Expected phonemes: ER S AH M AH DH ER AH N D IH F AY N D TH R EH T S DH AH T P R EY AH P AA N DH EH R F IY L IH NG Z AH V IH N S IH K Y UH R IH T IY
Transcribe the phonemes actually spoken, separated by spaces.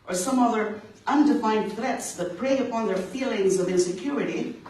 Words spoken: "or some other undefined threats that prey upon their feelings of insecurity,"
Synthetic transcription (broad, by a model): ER S AH M AH DH ER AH N D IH F AY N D TH R EH T S DH AH T P R EY AH P AA N DH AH R F IY L IH NG Z AH V IH N S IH K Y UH R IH T IY